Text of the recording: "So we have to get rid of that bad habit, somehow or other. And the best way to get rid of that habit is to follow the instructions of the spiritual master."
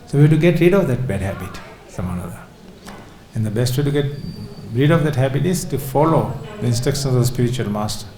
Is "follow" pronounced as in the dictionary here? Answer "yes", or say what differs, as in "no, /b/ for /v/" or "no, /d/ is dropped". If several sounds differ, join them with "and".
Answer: yes